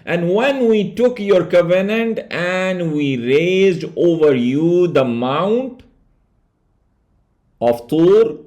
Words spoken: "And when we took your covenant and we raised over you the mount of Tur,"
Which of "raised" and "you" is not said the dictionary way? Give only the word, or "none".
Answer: none